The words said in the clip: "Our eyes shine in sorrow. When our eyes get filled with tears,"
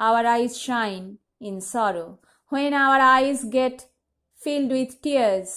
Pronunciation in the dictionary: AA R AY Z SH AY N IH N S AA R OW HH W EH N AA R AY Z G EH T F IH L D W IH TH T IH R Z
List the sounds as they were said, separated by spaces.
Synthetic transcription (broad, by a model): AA R AY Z SH AY N IH N S AA R OW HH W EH N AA R AY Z G EH T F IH L D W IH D T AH R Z